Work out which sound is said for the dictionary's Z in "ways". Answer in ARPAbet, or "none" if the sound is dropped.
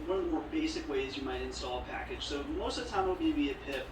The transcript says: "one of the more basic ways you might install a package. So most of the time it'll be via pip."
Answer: Z